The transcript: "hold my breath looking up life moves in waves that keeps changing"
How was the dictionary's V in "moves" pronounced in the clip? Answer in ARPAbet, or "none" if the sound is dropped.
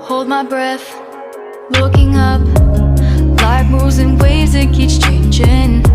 none